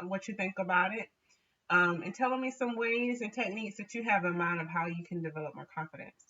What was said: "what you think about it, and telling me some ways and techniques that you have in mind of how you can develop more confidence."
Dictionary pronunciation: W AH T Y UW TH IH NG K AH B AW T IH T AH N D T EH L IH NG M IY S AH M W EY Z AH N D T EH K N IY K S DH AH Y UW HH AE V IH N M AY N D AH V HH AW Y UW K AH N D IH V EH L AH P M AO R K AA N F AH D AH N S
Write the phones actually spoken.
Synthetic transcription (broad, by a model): W AH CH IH TH IH NG K AH B AW T IH T AH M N T EH L IH NG M IY S AH M W EY Z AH N T EH K N IY K S DH AH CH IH V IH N M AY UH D AH V HH AW Y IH K AH N D IH V EH L AH P M AO R K AA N F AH D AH N S